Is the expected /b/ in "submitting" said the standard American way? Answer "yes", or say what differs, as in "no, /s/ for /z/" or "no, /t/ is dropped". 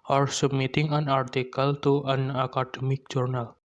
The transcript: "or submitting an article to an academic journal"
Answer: no, /b/ is dropped